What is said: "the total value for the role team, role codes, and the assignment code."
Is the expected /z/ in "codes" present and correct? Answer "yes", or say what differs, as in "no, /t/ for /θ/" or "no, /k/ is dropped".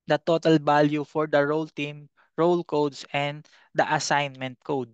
no, /s/ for /z/